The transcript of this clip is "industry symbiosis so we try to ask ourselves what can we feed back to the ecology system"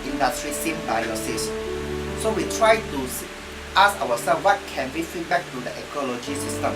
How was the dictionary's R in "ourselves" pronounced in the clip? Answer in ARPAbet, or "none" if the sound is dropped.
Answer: W